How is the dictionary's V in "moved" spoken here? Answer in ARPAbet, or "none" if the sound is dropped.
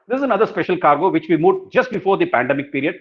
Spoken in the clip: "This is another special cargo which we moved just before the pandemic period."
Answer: none